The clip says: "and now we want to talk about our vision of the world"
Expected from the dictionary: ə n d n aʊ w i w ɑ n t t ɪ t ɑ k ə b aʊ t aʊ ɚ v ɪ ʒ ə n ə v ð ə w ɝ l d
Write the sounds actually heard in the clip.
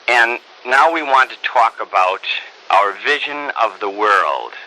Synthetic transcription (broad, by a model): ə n n aʊ w i w ɑ n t t ɪ t ɑ k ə b aʊ t aʊ ɚ v ɪ ʒ ə n ə v ð ə w ɝ l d